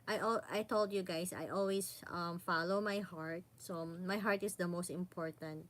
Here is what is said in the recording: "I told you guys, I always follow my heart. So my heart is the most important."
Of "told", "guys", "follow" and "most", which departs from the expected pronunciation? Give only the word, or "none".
guys